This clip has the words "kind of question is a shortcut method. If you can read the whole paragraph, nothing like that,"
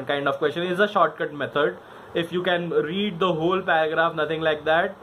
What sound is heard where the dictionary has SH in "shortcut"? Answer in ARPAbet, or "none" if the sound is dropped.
SH